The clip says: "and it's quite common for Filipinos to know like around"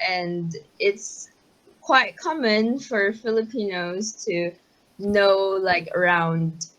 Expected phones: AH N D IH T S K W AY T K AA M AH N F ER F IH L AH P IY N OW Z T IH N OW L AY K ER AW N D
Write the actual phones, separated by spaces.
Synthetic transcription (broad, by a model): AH N D IH T S K W AY T K AA M AH N F ER F IH L AH P IY N OW Z T IH N OW L AY K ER AW N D